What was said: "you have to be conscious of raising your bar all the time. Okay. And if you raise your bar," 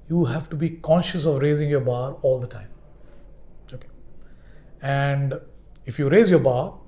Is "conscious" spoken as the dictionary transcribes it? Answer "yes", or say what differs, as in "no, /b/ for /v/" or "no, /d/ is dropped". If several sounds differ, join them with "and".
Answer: yes